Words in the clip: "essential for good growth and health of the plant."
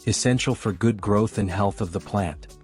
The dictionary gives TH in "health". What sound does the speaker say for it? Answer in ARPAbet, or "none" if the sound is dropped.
TH